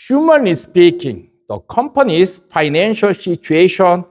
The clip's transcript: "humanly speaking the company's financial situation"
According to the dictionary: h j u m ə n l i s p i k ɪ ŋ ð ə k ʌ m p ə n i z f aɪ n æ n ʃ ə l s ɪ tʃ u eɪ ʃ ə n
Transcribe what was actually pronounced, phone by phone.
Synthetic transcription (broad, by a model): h j u m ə n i s p i k ɪ ŋ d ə k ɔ m p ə n i s f aɪ n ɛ n ʃ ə l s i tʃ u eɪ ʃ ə n